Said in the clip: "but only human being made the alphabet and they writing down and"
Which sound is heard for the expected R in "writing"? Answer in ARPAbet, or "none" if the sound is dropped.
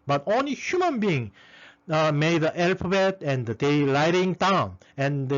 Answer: L